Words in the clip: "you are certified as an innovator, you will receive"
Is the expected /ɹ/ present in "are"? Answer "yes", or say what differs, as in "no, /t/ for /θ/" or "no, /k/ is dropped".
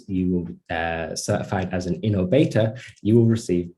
no, /l/ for /ɹ/